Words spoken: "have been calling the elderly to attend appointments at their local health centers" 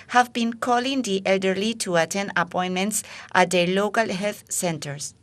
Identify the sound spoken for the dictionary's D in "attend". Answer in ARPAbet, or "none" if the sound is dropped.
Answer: none